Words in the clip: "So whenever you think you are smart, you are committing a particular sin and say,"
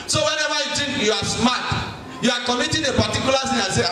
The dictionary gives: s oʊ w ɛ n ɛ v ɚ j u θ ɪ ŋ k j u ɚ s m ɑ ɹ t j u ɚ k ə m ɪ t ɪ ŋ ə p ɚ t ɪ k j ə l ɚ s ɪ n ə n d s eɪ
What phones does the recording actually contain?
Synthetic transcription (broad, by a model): s oʊ w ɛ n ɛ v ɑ j u t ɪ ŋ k j u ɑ s m ɑ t j u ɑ k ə m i t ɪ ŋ ə p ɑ t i k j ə l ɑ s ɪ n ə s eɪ